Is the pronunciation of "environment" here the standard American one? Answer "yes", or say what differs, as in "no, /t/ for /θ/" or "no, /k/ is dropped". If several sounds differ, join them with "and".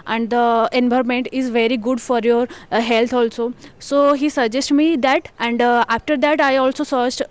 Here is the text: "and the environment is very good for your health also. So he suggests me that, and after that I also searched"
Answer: no, /b/ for /v/